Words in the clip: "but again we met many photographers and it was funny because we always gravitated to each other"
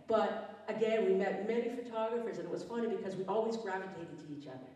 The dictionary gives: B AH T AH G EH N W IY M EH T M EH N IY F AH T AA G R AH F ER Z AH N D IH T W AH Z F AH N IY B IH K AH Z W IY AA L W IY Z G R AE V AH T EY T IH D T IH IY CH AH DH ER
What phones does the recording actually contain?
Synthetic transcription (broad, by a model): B AH T AH G EH N W IY M EH T M EH N IY F AH T AA G R AH F ER Z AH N IH T W AH Z F AH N IY B IH K AH Z W IY AA L W IY Z G R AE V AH T EY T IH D T IH IY CH AH DH ER